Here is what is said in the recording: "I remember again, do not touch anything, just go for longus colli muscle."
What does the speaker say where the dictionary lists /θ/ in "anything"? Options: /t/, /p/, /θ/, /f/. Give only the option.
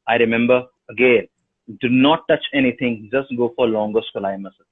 /t/